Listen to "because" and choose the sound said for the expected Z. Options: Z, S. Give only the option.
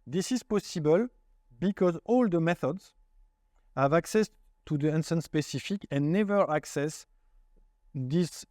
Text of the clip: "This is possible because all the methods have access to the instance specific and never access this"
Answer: Z